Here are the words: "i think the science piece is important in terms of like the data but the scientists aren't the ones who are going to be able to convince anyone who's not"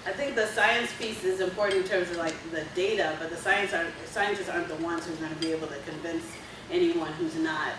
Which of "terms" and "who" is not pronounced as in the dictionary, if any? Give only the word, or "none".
none